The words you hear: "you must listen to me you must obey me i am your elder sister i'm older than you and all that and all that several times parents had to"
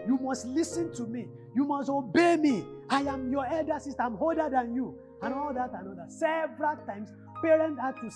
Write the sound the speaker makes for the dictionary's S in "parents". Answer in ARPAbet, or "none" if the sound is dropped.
none